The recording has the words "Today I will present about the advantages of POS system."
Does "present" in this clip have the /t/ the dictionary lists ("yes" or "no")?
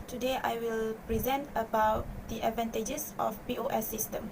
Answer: yes